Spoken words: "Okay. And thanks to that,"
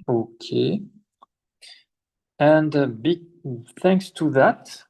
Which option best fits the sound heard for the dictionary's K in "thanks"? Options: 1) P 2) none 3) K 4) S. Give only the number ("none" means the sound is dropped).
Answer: 3